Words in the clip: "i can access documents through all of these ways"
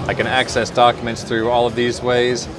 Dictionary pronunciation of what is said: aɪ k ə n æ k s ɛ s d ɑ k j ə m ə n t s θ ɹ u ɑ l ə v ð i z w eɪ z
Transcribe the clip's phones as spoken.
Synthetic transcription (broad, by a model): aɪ k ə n æ k s ɛ s d ɑ k j ə m ə n t s θ ɹ u ɑ l ə v ð i z w eɪ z